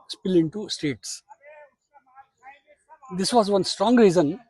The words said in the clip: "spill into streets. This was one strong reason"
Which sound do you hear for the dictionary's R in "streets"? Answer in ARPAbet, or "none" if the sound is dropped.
none